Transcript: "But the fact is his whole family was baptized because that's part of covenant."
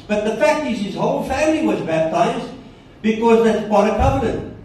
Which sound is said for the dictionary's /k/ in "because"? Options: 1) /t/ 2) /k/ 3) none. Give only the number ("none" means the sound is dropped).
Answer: 2